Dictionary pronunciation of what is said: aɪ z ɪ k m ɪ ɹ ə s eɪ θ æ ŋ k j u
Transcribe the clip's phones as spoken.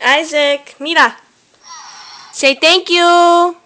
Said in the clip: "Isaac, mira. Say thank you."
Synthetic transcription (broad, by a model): aɪ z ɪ k m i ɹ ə s eɪ t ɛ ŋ k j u